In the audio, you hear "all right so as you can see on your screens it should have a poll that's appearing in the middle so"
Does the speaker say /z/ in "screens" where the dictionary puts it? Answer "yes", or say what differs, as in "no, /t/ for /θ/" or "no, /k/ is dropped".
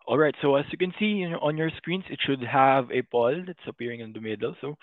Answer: no, /s/ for /z/